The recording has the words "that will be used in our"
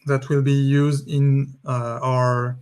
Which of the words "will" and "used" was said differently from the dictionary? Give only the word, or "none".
none